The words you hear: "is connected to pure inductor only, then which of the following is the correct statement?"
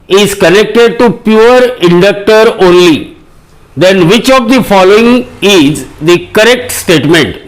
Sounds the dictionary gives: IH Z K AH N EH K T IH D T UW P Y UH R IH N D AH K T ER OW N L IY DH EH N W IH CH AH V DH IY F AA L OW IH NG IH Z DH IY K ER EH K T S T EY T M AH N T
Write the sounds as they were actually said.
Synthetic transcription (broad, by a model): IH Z K AH N EH K T IH D T UW P Y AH R IH N D AH K T ER OW N L IY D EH N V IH CH AH V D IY F AA L OW IH NG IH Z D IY K ER EH K T S T EY T M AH N T